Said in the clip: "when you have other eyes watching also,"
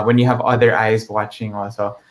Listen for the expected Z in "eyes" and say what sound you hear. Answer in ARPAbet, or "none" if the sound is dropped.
Z